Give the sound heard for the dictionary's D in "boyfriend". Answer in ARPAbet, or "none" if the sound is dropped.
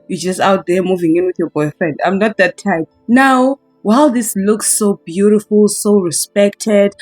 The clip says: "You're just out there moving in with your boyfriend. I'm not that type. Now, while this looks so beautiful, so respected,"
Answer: D